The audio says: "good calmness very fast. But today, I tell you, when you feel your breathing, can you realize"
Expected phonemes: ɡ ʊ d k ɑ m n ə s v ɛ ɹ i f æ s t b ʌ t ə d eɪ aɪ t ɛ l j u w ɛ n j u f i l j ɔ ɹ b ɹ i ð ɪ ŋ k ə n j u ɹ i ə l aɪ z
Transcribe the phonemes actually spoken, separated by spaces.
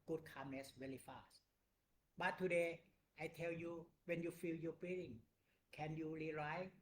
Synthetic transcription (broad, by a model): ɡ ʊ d k ɑ m n ə s w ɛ l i f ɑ s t b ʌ t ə d eɪ aɪ t ɛ l j u w ɛ n j u f i l j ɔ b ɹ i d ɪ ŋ k ə n j u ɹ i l aɪ